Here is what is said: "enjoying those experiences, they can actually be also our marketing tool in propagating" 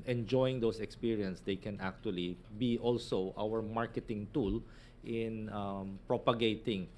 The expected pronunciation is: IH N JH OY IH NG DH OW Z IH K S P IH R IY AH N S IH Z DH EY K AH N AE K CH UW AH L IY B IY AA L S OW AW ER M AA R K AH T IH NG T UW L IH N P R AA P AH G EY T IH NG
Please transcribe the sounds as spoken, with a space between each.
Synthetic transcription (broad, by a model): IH N JH OY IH NG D OW S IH K S P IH R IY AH N S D EY K AH N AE K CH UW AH L IY B IY AA L S OW AW ER M AA R K AH T IH NG T UW L IH N P R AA P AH G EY T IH NG